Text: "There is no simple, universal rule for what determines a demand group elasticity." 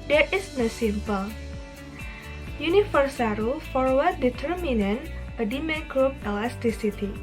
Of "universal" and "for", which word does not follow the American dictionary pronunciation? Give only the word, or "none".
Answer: universal